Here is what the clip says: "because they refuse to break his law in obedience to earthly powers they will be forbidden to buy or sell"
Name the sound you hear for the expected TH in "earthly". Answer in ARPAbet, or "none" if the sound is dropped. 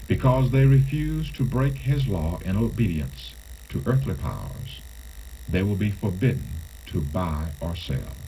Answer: TH